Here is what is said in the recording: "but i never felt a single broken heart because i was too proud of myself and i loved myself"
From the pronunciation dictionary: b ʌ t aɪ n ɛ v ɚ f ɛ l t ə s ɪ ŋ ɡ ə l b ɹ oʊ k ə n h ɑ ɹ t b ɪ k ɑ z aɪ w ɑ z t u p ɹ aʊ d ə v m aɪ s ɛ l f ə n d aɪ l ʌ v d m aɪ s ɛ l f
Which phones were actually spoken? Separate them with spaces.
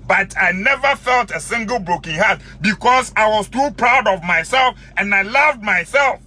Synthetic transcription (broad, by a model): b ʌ t aɪ n ɛ v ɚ f ɛ l t ə s ɪ ŋ ɡ ə l b ɹ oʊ k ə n h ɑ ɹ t b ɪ k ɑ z aɪ w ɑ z t u p ɹ aʊ d ə v m aɪ s ɛ l f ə n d aɪ l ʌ v d m aɪ s ɛ l f